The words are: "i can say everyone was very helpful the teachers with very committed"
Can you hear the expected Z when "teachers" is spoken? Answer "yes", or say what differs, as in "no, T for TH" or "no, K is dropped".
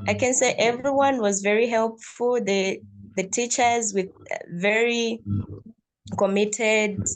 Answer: yes